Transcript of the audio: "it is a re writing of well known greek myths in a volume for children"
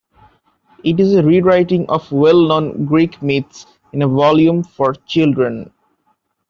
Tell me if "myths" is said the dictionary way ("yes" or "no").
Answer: no